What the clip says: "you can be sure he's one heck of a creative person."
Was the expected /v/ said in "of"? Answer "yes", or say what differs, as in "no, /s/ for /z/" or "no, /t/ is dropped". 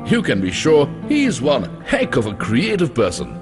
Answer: yes